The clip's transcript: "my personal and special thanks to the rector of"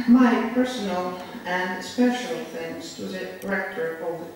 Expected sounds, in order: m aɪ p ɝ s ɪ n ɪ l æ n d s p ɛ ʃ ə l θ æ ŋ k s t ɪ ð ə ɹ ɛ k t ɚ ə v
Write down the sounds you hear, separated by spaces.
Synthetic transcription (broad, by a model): m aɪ p ɝ s ɪ n ɪ l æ n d s p ɛ ʃ ə l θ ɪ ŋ s t ɪ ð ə ɹ ɛ k t ɚ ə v